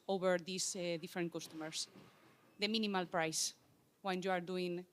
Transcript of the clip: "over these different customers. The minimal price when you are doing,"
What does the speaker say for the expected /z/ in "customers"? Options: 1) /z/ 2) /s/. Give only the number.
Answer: 2